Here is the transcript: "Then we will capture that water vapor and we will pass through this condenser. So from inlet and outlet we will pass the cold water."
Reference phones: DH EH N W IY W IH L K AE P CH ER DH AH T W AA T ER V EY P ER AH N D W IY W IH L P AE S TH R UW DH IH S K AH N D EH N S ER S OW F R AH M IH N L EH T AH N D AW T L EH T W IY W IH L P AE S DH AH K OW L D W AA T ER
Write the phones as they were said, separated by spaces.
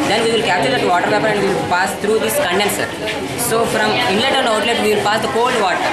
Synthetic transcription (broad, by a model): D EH N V IY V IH L K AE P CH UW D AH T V AA T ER P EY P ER AH N D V IY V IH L P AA S T R UW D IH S K AH N D EH N S ER S OW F R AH M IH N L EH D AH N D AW T L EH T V IY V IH L P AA S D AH K OW L D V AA T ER